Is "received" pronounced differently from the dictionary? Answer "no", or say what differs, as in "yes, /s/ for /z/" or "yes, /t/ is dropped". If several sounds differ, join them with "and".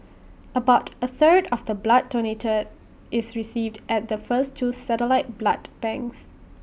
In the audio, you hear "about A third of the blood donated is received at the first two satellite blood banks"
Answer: no